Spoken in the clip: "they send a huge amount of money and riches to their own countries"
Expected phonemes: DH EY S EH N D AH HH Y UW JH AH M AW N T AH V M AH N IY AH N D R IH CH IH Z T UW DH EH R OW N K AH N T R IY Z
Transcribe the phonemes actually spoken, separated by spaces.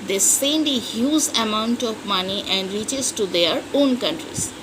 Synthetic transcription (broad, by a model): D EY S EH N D AH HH Y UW Z AH M AW N T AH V M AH N IY AH N D R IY CH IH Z T UW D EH R OW N K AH N T R IY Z